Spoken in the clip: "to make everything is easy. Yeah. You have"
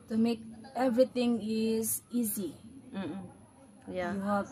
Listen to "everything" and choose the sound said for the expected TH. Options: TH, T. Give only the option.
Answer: T